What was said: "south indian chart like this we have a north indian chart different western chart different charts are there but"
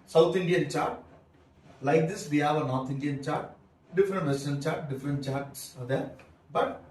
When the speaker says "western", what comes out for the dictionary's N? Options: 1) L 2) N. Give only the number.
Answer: 1